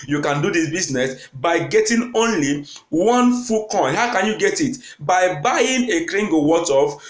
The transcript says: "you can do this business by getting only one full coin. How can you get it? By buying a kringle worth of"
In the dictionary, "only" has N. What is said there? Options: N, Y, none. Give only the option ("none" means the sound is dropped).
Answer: N